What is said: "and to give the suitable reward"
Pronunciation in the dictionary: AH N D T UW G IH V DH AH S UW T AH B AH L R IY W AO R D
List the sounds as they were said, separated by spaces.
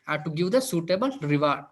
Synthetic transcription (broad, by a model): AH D T UW G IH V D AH S UW T AH B AH L R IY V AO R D